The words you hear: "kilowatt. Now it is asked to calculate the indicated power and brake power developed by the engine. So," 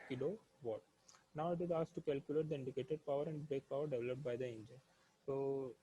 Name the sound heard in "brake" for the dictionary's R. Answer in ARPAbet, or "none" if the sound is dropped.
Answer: none